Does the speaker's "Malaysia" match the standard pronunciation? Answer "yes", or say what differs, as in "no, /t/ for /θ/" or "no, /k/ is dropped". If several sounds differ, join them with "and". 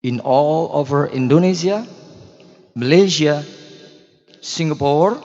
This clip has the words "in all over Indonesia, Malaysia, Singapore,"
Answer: no, /s/ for /ʒ/